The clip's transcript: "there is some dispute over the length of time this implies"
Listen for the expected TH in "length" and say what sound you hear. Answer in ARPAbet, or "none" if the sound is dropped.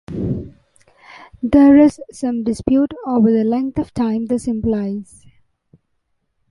T